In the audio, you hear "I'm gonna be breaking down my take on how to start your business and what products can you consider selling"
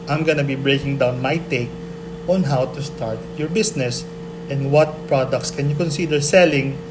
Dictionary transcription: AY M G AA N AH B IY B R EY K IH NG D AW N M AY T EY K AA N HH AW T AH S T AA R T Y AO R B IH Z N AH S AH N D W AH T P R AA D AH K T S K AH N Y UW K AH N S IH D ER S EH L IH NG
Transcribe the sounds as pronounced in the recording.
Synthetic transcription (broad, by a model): AY M G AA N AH B IY B R EY K IH NG D AW N M AY T EY K AA N HH AW T AH S T AA R T Y AO R B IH S N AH S AH N D W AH T P R AA D AH K T S K AH N Y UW K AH N S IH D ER S EH L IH NG